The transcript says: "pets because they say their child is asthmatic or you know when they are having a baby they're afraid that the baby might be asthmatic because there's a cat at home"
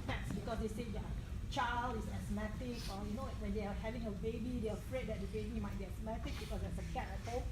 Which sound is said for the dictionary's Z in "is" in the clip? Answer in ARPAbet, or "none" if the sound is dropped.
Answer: S